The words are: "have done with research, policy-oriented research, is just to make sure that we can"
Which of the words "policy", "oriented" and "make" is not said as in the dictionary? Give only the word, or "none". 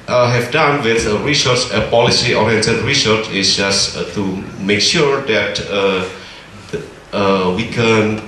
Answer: oriented